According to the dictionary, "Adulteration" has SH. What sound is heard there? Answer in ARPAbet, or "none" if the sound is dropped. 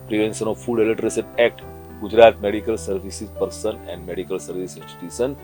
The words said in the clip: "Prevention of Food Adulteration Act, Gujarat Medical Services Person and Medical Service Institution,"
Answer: S